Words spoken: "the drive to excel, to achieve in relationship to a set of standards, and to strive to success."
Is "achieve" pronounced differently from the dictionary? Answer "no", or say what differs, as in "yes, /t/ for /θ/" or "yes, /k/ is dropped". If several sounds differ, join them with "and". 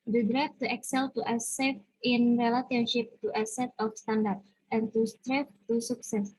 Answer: yes, /s/ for /tʃ/ and /f/ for /v/